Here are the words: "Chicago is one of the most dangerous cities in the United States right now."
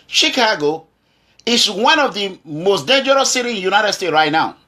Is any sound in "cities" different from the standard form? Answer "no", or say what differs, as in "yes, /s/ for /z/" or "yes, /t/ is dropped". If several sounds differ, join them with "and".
yes, /z/ is dropped